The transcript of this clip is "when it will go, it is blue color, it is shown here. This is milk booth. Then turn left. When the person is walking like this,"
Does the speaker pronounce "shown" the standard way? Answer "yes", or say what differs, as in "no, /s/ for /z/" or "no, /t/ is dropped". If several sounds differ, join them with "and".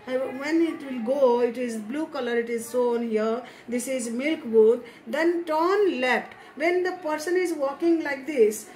no, /s/ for /ʃ/